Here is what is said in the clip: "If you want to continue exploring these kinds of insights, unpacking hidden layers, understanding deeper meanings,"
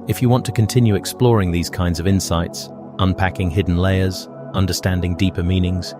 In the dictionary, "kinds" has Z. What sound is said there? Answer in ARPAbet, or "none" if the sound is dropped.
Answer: Z